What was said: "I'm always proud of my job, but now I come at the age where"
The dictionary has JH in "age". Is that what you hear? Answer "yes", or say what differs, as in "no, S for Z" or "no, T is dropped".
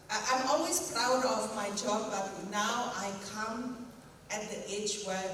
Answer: no, CH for JH